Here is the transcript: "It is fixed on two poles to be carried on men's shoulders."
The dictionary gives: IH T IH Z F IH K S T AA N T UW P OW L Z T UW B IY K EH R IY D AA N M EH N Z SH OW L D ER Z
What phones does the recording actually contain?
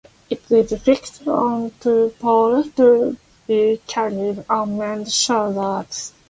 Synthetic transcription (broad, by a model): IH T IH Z F IH K S T AA N T UW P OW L T UW B IY K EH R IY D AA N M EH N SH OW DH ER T